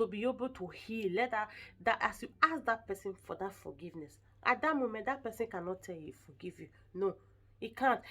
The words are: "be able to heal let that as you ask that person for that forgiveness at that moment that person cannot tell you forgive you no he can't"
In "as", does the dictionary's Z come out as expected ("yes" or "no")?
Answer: no